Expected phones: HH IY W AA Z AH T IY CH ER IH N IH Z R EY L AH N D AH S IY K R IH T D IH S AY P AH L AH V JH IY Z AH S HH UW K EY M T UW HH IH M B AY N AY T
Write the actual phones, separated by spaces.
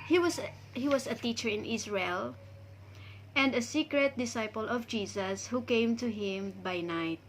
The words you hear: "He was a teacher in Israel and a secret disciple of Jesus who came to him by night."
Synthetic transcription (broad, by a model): HH IY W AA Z AH T IY CH ER IH N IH S R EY L AH N D AH S IY K R IH T D IH S AY P AH L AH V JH IY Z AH S HH UW K EY M T UW HH IH M B AY N AY T